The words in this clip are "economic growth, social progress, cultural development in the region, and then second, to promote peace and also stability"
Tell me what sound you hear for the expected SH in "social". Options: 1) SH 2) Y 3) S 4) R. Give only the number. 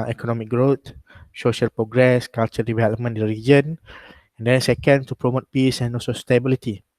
1